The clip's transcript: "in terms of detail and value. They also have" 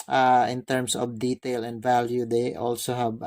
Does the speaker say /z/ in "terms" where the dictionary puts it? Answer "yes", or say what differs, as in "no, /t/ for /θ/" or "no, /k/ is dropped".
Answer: no, /s/ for /z/